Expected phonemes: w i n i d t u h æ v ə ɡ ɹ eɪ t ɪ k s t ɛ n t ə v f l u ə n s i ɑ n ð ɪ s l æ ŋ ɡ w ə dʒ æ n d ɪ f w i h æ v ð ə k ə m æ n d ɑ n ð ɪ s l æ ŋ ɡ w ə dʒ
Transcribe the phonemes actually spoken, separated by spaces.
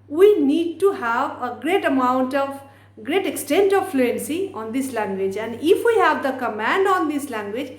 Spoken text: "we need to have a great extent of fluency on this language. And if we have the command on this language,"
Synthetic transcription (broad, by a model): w i n i d t u h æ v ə ɡ ɹ eɪ t ɪ k s t ɛ n t ə v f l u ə n s i ɑ n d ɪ s l æ ŋ ɡ w ə dʒ æ n d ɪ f w i h æ v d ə k ə m æ n d ɑ n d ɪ s l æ ŋ ɡ w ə dʒ